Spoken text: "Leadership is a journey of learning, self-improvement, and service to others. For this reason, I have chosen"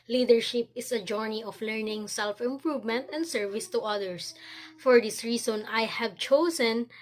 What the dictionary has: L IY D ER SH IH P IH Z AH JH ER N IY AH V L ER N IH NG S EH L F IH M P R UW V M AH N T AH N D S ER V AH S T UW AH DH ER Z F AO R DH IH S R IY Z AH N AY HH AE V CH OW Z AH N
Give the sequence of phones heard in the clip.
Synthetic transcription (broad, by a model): L IY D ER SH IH P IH S AH JH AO N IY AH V L ER N IH NG S EH L F IH M P R UW V M AH N T AH N D S ER V AH S T UW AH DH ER S F AO R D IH S R IY S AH N AY HH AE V CH OW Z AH N